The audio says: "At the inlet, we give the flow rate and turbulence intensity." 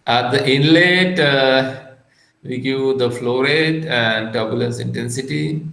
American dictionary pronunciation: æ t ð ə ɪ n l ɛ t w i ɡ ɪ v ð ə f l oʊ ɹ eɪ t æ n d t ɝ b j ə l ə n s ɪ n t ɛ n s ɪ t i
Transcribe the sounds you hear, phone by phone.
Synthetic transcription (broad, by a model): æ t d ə ɪ n l ɛ t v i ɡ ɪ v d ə f l oʊ ɹ eɪ t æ n d t ɝ b j ə l ə n s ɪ n t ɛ n s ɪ t i